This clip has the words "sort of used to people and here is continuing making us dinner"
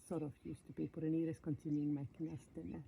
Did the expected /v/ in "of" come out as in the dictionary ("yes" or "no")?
no